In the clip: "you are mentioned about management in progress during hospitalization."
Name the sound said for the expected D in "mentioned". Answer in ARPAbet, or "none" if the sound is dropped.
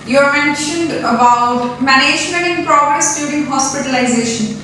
D